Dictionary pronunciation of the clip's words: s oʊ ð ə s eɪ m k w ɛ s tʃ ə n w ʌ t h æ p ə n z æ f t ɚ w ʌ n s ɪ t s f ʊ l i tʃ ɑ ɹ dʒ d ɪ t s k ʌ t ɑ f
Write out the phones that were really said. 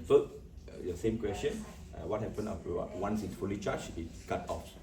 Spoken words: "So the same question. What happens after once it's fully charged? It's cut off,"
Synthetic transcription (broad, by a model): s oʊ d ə s eɪ m k w ɛ s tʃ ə n w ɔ t h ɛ p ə n ɔ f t w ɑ n s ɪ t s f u l i tʃ ɑ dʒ ɪ t s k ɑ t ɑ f